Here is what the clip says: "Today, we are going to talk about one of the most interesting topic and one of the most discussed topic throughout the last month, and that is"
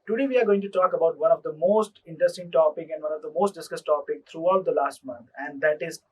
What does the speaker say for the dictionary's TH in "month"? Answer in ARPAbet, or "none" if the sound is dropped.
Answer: T